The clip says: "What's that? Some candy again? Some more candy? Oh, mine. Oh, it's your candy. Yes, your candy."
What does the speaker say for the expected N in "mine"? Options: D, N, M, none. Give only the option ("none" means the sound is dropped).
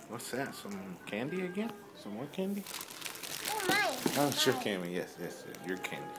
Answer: none